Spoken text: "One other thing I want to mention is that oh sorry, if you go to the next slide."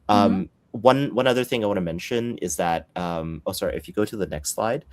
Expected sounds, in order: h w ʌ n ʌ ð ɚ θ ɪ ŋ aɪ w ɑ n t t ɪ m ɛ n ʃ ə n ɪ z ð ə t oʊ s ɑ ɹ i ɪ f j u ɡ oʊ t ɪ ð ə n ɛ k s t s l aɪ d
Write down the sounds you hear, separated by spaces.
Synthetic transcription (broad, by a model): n w ʌ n ʌ ð ɚ θ ɪ ŋ aɪ w ɑ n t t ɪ m ɛ n ʃ ə n ɪ z ð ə t oʊ s ɑ ɹ i ɪ f j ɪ ɡ oʊ t ɪ ð ə n ɛ k s t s l aɪ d